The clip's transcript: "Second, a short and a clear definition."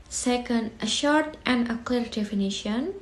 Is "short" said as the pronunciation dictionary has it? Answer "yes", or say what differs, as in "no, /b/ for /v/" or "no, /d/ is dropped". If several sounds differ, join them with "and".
yes